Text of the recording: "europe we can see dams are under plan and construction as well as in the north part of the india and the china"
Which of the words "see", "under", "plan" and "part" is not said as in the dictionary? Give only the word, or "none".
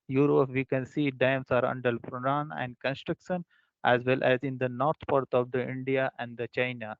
plan